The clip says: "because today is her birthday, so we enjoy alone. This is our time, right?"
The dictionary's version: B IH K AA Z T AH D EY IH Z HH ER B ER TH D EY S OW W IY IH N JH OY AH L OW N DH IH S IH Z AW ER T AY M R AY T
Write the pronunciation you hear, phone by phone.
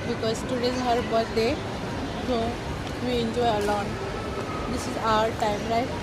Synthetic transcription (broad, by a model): B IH K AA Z T AH D EY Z HH ER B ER T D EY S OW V IY IH N JH OY AH L OW N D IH S IH Z AW ER T AY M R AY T